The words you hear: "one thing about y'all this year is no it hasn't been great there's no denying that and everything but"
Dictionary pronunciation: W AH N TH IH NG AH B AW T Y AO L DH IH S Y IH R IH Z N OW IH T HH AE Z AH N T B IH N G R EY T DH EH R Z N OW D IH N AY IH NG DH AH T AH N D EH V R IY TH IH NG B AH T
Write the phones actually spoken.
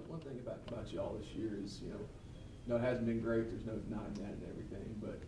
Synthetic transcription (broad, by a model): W AH N TH IH NG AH B AW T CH AO L DH IH S Y IH R IH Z N OW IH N HH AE Z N B IH N G R EY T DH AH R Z N OW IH N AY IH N DH AH T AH N EH V R IY TH IH NG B AH T